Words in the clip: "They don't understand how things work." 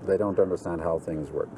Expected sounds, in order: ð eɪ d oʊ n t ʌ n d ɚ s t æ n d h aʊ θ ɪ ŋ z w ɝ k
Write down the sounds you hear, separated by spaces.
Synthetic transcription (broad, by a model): ð eɪ d oʊ n t ʌ n d ɚ s t æ n d h aʊ θ ɪ ŋ z w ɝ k